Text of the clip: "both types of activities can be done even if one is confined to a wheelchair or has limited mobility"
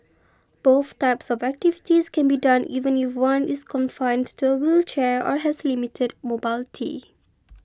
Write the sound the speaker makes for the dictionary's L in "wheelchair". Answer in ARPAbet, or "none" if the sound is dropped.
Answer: L